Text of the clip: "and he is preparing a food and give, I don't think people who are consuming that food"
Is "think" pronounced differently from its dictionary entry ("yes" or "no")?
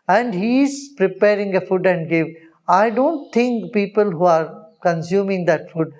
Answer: yes